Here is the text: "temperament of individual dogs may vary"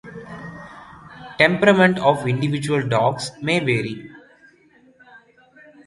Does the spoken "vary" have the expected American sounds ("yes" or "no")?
yes